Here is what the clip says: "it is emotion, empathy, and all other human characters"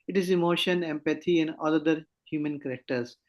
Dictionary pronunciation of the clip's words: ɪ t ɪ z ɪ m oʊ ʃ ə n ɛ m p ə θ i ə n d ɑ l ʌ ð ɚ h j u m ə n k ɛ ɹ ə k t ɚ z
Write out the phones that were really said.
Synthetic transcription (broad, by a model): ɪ t ɪ z ɪ m oʊ ʃ ə n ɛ m p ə t i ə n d ɑ l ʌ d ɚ h j u m ə n k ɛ ɹ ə k t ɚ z